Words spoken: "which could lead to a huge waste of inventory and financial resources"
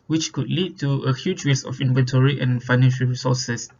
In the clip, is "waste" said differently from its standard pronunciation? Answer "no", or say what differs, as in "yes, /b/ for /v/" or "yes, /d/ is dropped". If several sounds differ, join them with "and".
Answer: yes, /t/ is dropped